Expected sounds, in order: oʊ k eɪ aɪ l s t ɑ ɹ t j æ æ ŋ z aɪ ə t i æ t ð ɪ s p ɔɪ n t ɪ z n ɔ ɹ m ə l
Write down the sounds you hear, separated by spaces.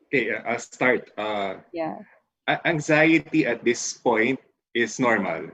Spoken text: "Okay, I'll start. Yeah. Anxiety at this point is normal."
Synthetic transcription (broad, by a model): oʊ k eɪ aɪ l s t ɑ ɹ t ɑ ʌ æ ŋ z aɪ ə t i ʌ t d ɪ s p ɔɪ n t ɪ s n ɔ ɹ m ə l